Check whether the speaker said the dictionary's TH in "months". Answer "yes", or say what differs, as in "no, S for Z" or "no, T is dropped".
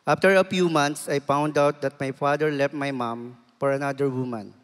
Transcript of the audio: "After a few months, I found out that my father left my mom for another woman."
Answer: no, T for TH